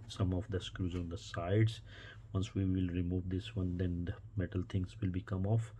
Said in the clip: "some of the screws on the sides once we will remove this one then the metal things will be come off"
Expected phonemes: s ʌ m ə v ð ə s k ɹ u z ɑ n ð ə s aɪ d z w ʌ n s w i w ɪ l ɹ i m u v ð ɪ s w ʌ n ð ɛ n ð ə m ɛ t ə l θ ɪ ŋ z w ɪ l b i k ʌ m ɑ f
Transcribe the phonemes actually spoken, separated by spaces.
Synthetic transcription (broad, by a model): s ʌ m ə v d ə s k ɹ u z ɑ n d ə s aɪ d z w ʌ n s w i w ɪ l ɹ i m u v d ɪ s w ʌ n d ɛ n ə m ɛ t ə l t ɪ ŋ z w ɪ l b i k ʌ m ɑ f